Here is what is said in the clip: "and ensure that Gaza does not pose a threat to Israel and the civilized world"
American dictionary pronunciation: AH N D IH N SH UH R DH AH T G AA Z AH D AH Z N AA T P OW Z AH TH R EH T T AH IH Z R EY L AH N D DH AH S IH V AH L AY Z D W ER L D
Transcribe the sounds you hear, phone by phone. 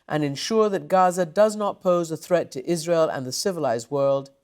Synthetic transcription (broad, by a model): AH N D IH N SH UH R DH AH T G AA Z AH D AH Z N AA T P OW Z AH TH R EH T T IH Z R EY L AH N DH AH S IH V AH L AY Z D W ER L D